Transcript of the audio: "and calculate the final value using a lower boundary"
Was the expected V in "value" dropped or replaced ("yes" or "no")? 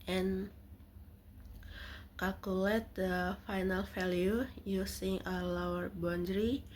yes